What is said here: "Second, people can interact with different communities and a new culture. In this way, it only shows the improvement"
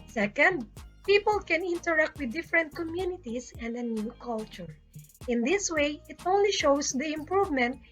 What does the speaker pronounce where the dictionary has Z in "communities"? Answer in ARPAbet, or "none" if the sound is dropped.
S